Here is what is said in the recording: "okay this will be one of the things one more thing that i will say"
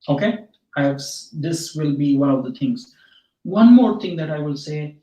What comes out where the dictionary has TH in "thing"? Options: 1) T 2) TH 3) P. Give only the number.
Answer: 1